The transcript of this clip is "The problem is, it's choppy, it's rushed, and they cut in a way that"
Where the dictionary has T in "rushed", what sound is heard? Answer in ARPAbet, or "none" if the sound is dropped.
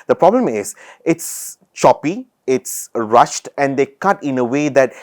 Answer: T